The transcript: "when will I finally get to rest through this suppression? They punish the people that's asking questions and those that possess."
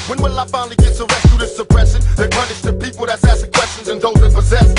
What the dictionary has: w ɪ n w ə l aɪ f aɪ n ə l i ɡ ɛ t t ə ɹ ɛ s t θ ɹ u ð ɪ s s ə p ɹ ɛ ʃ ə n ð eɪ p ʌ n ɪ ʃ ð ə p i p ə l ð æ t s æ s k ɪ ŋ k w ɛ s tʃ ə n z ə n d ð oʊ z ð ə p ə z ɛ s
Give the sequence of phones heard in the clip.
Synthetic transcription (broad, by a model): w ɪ n w ə l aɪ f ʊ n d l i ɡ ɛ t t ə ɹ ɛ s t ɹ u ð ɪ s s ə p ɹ ɛ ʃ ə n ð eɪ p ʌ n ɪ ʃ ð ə p i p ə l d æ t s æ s ɪ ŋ k w ɛ s tʃ ə n z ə n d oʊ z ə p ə z ɛ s